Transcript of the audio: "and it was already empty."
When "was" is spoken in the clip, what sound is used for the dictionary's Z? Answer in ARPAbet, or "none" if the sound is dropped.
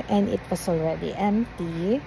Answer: S